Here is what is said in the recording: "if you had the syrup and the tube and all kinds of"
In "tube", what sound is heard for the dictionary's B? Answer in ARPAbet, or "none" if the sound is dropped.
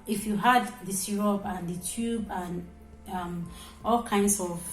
B